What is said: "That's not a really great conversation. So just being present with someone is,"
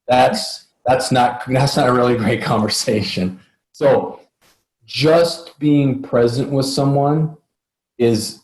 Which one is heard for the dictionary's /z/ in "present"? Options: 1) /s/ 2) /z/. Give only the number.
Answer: 2